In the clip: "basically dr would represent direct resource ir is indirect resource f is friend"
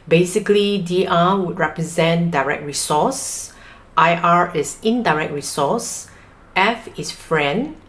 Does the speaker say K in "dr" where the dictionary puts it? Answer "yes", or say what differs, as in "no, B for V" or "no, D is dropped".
no, K is dropped